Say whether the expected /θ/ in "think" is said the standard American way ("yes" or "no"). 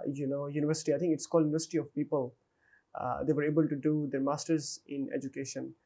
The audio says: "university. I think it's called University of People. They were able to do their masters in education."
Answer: no